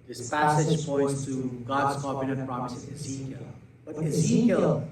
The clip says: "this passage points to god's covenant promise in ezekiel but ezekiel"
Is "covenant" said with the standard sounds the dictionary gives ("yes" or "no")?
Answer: no